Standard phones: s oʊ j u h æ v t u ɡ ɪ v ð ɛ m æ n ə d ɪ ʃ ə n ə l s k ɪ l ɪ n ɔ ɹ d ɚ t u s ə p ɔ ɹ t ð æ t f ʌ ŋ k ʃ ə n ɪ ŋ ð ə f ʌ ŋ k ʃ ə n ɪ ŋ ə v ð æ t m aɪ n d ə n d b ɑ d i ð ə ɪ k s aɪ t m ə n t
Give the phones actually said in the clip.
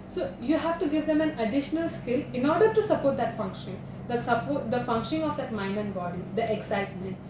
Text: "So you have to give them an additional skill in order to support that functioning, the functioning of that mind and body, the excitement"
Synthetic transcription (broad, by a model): s oʊ j u h æ v t u ɡ ɪ v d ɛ m æ n ə d ɪ ʃ ə n ə l s k ɪ l ɪ n ɔ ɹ d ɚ t u s ə p ɔ ɹ t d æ t f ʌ ŋ k ʃ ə n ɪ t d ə f ʌ ŋ k ʃ ə n ɪ ŋ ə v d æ t m aɪ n ə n b ɑ d i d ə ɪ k s aɪ t m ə n t